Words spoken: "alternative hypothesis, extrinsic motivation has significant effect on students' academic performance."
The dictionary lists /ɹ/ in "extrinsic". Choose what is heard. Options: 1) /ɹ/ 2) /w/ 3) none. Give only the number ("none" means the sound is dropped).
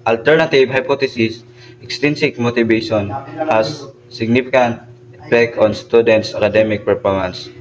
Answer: 3